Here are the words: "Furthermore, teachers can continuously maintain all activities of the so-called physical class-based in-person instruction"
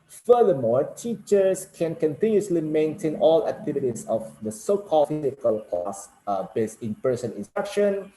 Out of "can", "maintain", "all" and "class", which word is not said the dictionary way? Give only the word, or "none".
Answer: class